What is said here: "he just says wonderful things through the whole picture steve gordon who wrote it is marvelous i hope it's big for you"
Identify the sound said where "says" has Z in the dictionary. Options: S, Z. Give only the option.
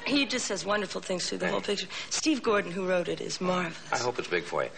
Z